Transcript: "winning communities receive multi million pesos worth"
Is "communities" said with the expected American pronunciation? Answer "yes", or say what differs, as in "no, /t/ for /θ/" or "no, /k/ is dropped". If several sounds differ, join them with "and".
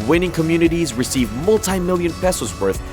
yes